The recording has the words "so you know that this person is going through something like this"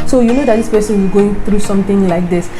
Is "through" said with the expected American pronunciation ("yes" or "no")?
no